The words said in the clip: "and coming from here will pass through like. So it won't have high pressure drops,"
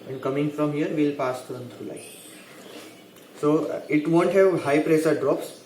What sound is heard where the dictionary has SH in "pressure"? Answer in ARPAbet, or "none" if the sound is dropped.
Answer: S